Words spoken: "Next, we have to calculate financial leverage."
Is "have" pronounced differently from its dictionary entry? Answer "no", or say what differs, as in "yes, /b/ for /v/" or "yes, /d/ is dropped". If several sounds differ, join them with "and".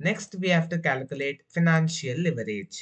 yes, /f/ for /v/